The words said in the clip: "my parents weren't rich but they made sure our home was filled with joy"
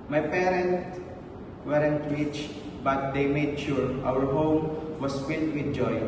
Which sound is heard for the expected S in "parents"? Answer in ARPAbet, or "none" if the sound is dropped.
none